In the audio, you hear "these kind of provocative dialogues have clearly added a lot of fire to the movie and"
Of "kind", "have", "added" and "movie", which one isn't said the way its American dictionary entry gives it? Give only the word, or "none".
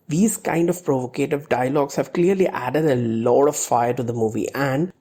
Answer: none